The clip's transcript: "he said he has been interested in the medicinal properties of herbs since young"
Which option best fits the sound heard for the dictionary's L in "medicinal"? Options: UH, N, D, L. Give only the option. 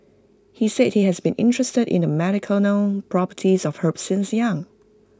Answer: N